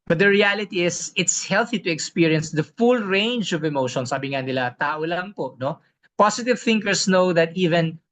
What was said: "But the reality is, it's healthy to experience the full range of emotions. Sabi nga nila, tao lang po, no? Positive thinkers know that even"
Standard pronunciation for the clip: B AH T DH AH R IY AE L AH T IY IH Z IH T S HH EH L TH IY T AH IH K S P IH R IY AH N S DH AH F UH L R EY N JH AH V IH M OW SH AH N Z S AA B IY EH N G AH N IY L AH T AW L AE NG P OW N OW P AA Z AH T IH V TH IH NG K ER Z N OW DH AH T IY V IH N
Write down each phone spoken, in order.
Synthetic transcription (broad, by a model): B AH T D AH R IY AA L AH T IY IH S IH T S HH EH L TH IY T AH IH K S P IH R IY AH N S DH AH F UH L R EY N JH AH V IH M OW SH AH N S AA B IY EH N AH L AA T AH T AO L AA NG P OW N OW P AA S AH T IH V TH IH NG K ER S N OW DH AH T IY V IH N